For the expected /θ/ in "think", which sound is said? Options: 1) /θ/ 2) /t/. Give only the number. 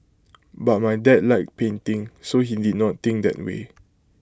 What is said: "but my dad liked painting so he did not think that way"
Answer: 2